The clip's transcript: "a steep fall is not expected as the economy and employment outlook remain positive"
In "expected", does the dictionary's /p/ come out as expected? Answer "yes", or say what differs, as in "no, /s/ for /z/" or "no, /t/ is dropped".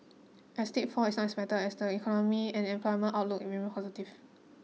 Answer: no, /b/ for /p/